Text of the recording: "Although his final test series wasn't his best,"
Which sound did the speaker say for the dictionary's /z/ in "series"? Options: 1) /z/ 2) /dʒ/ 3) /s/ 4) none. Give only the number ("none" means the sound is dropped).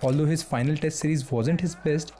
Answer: 1